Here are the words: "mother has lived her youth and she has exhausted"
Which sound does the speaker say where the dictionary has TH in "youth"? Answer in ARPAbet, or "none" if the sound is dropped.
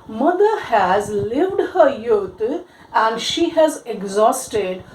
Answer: T